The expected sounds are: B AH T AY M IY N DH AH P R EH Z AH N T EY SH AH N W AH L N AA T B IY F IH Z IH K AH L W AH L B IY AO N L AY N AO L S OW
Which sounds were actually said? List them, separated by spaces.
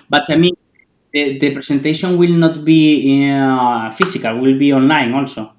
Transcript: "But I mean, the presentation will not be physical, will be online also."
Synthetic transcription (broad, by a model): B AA T AY M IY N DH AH P R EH S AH N T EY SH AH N W AH L N AA T B IY F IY S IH K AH L W AH L B IY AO N L AY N AO L S OW